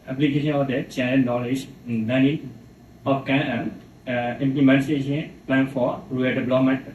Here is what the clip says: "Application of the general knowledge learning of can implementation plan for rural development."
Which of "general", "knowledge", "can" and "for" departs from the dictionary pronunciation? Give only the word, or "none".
general